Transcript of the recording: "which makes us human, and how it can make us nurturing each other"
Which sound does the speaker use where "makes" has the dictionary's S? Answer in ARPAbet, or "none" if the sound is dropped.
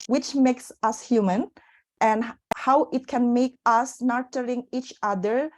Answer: S